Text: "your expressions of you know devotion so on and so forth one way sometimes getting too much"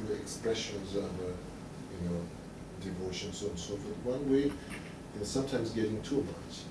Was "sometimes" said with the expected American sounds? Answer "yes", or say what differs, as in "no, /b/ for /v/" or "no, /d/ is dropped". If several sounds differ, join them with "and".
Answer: yes